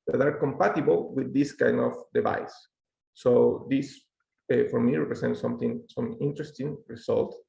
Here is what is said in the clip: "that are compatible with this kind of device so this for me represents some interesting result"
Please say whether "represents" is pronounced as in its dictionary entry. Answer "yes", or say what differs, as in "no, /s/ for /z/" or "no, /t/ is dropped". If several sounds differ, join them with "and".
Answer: no, /s/ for /z/